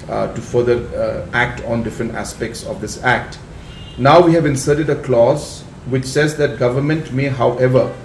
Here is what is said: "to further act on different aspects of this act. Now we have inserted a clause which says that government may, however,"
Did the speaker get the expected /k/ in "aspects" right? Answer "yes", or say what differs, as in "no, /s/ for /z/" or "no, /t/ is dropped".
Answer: yes